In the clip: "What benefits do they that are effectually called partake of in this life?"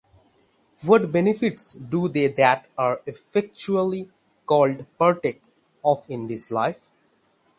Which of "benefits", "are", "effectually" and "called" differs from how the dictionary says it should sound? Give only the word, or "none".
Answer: none